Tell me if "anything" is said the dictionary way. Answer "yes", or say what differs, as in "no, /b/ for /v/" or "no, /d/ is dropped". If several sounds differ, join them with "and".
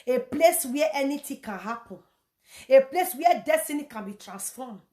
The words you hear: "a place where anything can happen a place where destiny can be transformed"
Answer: no, /t/ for /θ/